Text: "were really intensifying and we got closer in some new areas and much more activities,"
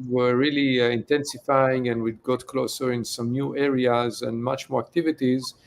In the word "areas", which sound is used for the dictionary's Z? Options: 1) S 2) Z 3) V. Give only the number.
2